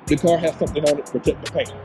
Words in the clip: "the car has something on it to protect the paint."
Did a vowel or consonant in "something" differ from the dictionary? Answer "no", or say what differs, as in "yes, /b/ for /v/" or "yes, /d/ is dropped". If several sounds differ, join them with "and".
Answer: no